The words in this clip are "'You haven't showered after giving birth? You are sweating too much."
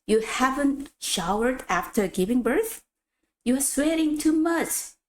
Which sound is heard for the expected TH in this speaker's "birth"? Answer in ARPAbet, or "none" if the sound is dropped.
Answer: TH